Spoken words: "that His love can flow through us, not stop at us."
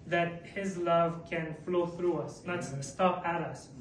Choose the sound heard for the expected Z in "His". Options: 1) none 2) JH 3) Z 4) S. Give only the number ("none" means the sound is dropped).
3